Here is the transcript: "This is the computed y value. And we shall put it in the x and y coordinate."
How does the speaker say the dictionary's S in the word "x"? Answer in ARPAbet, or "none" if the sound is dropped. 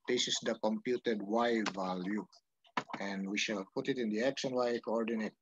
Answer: SH